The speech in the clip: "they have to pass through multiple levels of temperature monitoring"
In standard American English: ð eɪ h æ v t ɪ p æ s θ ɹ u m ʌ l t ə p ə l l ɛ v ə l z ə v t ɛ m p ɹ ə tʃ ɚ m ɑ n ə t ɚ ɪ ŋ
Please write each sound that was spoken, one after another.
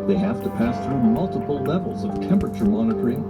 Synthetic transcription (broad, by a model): ð eɪ h æ f t ɪ p æ s θ ɹ u m ʌ l t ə p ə l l ɛ v l z ə v t ɛ m p ɹ ə tʃ ɚ m ɑ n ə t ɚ ɪ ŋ